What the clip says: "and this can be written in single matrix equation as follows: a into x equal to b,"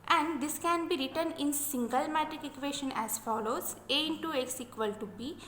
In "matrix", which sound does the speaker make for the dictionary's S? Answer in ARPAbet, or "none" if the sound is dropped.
none